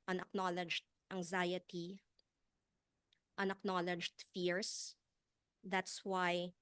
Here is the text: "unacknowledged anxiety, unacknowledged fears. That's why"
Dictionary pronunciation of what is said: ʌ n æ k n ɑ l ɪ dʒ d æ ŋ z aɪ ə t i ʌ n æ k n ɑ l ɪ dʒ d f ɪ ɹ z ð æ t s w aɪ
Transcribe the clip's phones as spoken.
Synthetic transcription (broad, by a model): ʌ n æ k n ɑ l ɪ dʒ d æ ŋ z aɪ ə t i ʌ n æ k n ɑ l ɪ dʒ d f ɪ ɹ s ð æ t s w aɪ